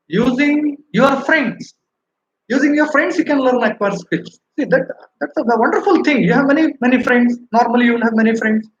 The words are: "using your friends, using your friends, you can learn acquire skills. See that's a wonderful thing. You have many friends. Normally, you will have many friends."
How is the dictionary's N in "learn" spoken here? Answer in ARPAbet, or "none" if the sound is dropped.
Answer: N